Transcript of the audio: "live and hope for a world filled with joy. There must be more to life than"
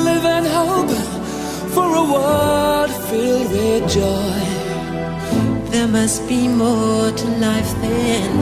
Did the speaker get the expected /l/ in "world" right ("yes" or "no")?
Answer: no